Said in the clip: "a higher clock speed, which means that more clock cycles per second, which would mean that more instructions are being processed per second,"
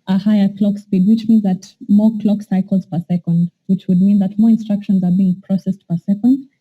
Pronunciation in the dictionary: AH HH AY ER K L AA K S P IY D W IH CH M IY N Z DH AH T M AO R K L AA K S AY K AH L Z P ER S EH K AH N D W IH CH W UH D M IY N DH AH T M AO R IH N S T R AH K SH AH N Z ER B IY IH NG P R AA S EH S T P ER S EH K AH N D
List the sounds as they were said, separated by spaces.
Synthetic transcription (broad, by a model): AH HH AY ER K L AA K S P IY D W IH CH M IY N Z DH AH T M AO R K L AA K S AY K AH L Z P ER S EH K AH N D W IH CH W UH D M IY N DH AH T M AO R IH N S T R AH K SH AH N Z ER B IY IH NG P R AA S EH S T P ER S EH K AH N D